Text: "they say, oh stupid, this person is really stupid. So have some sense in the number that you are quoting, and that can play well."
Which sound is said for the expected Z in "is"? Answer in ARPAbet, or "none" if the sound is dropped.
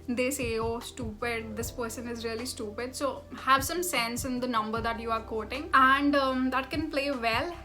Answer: Z